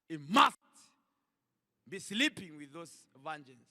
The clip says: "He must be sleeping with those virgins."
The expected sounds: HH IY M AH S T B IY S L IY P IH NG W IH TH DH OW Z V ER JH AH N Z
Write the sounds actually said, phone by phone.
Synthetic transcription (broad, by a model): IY M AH S T B IY S L IY P IH NG W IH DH OW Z V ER JH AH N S